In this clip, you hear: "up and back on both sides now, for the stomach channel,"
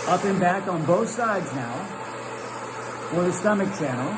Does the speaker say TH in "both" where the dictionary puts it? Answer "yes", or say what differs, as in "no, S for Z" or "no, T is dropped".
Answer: yes